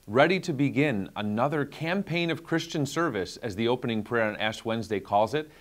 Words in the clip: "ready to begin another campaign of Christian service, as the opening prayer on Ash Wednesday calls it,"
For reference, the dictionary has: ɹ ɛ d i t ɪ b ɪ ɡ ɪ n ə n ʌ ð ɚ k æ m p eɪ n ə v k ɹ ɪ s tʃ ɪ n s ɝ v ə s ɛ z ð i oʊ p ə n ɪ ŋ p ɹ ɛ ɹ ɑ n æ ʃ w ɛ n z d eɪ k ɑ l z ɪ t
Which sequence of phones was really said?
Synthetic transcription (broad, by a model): ɹ ɛ d i t ɪ b ɪ ɡ ɪ n ə n ʌ ð ɚ k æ m p eɪ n ə v k ɹ ɪ s tʃ ɪ n s ɝ v ə s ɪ z ð i oʊ p ə n ɪ ŋ p ɹ ɛ ɹ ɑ n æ s w ɛ n z d eɪ k ɑ l z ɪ t